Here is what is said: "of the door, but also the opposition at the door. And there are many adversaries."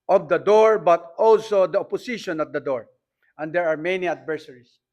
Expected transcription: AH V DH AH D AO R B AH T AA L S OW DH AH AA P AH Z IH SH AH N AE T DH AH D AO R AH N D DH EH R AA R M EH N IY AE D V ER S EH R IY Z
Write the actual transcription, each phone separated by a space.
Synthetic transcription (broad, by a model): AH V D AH D AO R B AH T AA L S OW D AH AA P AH S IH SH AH N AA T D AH D AO R AH N D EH R AA R M EH N IY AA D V ER S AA R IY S